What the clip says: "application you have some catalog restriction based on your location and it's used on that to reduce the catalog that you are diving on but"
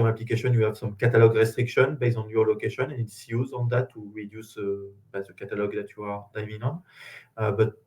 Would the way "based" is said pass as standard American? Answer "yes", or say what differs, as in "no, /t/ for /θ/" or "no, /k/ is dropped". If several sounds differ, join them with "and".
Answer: no, /t/ is dropped